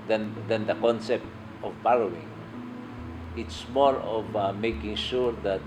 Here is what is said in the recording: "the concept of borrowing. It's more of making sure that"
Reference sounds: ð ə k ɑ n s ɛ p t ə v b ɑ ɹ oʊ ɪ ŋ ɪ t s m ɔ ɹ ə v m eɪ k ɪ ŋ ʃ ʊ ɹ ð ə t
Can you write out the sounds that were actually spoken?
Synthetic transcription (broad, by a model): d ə k ɑ n s ɛ p t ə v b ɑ l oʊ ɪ ŋ ɪ t s m ɔ ɹ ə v m eɪ k ɪ ŋ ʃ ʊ ɹ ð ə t